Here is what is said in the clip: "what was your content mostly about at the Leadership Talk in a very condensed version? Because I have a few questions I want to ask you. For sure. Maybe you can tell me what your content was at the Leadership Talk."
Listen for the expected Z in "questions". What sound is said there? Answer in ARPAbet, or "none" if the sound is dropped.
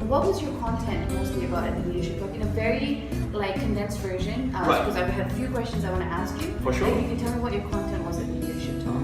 Z